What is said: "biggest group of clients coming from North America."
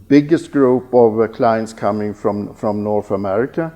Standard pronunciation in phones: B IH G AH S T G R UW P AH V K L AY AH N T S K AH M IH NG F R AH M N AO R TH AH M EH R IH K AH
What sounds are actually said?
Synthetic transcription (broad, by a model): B IH G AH S T G R UW P AH V K L AY AH N T S K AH M IH NG F R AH M N AO R TH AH M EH R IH K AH